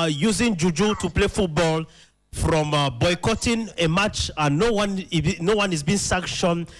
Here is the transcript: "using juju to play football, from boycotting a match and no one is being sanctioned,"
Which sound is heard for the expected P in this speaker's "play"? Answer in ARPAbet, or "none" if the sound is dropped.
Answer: P